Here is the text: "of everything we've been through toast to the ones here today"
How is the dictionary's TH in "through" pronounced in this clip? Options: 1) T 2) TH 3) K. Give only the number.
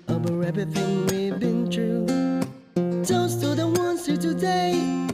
1